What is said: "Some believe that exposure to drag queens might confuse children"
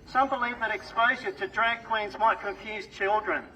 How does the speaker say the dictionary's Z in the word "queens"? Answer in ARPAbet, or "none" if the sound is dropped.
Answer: Z